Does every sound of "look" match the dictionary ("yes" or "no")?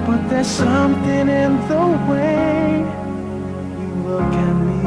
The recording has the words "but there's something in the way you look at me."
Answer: no